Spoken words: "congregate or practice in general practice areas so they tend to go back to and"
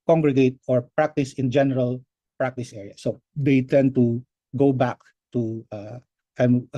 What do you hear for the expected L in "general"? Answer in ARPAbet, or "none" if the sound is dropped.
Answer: L